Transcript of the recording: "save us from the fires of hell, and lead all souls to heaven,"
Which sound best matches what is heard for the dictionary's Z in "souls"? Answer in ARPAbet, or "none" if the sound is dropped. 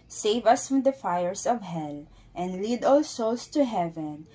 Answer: S